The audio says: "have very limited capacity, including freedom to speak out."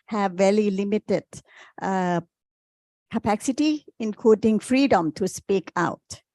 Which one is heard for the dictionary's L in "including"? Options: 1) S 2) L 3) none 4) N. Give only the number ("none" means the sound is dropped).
3